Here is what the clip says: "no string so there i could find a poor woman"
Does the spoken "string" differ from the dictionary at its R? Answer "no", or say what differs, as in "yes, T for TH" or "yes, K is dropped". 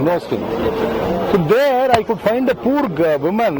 yes, R is dropped